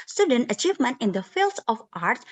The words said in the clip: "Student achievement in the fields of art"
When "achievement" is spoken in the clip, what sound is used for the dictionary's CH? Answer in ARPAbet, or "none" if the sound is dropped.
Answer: CH